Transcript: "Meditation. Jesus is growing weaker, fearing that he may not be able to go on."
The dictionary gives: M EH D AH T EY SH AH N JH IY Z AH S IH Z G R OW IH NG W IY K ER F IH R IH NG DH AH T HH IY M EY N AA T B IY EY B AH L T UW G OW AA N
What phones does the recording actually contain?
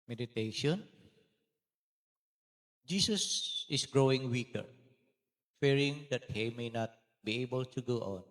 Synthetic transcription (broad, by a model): M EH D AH T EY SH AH N JH IY S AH S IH S G R OW IH NG W IY K ER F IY R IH NG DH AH T HH IY M EY N AA T B IY EY B AH L T UW G OW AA N